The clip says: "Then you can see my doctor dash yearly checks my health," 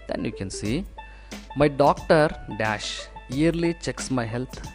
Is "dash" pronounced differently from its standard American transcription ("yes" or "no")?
no